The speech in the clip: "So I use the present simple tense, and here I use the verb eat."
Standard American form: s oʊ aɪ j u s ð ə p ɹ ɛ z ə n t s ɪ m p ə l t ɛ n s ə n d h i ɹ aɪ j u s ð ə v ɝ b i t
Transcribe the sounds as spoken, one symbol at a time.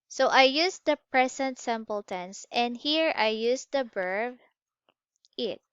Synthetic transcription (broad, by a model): s oʊ aɪ j u s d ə p ɹ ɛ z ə n t s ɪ m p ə l t ɛ n s ə n d h i ɹ aɪ j u s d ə b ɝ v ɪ t